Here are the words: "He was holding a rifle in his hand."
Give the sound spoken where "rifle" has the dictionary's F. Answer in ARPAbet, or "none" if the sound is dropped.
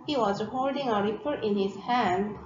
P